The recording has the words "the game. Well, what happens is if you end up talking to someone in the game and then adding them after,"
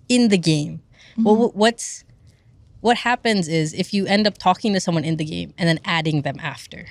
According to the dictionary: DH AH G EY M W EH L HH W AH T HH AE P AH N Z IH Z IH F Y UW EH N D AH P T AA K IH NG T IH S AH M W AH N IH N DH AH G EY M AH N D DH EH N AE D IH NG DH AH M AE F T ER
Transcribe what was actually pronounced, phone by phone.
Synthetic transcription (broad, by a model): DH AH G EY M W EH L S W AH T HH AE P AH N Z IH Z IH F Y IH EH N D AH P T AA K IH NG T IH S AH M W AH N IH N DH AH G EY M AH N DH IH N AE D IH NG DH AH M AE F T ER